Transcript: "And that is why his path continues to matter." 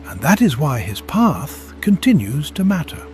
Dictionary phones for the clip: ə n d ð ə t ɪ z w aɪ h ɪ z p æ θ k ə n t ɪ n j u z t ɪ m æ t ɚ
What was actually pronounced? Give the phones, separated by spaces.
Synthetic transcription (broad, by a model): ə n ð ə t ɪ z w aɪ ɪ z p æ θ k ə n t ɪ n j u z t ɪ m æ t ɚ